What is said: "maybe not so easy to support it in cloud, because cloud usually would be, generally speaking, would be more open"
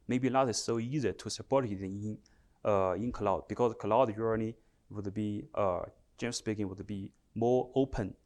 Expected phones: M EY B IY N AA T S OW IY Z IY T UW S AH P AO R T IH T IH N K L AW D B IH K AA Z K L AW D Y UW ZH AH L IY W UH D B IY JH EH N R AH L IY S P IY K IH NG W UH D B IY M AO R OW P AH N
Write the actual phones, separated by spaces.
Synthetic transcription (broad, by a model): M EY B IY L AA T S OW IY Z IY T UW S AH P AO R T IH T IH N K L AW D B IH K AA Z K L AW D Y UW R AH N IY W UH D B IY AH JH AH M S P IY K IH NG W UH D B IY M AO R OW P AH N